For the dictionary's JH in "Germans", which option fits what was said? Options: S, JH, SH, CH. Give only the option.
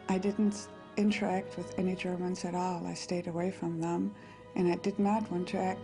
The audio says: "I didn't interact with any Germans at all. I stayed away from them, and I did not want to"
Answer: JH